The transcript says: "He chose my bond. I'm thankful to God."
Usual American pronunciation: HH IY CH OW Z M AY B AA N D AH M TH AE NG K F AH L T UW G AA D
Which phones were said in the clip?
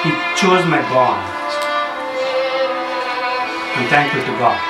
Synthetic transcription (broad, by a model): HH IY CH OW Z M AY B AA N AH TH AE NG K AH T UW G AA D